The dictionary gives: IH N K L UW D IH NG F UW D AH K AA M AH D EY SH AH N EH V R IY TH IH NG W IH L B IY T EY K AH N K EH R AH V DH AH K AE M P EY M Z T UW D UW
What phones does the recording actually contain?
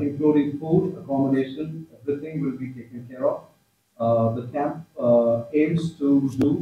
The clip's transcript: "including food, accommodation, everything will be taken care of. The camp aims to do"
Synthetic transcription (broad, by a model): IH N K L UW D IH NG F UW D AH K AA M AH D EY SH AH N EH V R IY T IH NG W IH L B IY T EY K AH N K EH R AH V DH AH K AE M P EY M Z T UW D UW